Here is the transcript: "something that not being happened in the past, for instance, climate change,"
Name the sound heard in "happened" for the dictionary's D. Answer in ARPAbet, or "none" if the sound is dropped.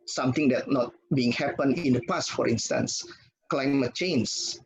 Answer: none